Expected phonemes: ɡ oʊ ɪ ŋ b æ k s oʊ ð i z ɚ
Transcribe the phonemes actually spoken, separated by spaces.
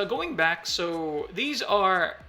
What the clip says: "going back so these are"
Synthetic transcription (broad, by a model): ɡ oʊ ɪ ŋ b æ k s oʊ ð i z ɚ